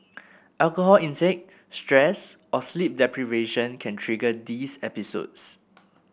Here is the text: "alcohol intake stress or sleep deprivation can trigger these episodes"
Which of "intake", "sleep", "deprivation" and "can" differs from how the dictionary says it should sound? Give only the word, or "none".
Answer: intake